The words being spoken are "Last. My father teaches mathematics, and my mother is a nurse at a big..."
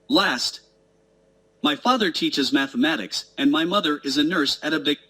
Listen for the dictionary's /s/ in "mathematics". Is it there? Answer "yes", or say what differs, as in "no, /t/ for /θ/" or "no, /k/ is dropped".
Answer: yes